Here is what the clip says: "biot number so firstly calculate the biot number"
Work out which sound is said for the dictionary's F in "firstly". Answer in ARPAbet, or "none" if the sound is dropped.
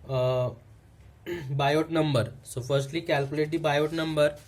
F